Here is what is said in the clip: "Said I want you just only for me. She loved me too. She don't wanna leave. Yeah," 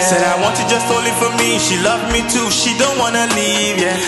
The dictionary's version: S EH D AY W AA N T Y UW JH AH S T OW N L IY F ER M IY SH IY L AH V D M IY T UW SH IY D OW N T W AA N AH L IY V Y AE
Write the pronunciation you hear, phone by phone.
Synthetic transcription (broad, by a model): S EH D AY W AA N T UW JH AH S T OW L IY F ER M IY SH IY L AH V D M IY T UW SH IY D OW N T W AA N AH L IY V Y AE